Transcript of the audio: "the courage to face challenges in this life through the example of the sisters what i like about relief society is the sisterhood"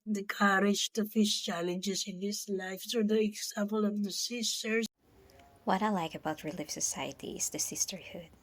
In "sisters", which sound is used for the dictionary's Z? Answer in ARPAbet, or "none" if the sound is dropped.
none